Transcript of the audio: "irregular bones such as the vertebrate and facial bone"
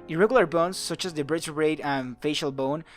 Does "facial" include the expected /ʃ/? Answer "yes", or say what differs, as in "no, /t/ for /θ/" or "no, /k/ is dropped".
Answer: yes